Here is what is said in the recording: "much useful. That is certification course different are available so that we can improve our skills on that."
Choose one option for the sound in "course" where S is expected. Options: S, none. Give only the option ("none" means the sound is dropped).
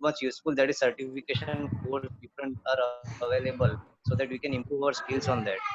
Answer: none